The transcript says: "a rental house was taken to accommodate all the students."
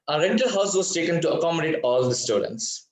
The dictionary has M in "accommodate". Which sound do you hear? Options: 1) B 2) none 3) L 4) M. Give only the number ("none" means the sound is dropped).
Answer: 4